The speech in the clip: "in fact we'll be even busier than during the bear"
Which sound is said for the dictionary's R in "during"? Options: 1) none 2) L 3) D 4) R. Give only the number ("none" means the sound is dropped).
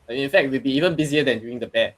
1